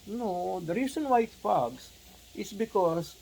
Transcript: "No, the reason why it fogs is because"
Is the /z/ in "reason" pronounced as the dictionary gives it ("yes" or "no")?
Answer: no